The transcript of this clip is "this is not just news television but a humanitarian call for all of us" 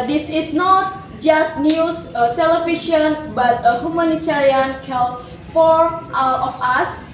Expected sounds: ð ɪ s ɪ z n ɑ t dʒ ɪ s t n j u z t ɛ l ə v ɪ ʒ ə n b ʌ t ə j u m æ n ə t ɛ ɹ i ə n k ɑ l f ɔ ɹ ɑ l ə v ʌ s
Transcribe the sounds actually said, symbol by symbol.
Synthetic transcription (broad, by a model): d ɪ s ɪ s n ɑ t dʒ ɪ s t n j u s t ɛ l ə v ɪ ʃ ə n b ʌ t ə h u m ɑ n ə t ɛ ɹ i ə n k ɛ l f ɔ ɹ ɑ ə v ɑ s